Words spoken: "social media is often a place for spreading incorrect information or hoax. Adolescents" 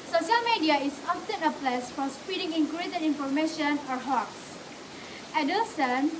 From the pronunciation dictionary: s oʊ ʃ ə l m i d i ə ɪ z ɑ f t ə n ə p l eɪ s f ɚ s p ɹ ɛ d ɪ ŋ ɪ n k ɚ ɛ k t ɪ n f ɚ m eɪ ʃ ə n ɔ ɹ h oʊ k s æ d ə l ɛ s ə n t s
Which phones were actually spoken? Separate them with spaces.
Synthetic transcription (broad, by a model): s oʊ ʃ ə l m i d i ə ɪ s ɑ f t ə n ə p l eɪ s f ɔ s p i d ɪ ŋ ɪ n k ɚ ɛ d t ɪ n f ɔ m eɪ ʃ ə n ɔ ɹ h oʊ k s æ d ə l s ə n